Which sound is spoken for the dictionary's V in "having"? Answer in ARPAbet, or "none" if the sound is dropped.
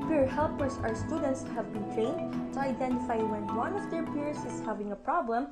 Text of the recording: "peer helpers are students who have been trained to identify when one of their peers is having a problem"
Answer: V